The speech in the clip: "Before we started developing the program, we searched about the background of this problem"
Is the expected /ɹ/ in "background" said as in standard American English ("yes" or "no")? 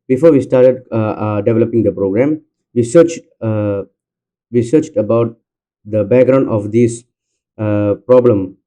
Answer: yes